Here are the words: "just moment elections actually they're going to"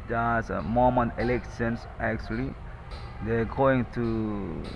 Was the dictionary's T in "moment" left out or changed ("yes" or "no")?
yes